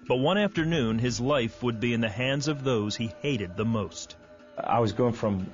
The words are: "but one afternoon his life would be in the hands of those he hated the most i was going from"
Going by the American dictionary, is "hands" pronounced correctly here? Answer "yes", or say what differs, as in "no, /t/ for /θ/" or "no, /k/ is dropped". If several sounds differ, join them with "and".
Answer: yes